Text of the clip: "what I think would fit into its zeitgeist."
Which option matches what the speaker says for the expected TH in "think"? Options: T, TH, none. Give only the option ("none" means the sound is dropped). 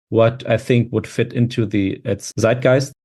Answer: TH